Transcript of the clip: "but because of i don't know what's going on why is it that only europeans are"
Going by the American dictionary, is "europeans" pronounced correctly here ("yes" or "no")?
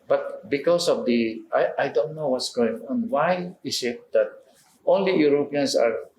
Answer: no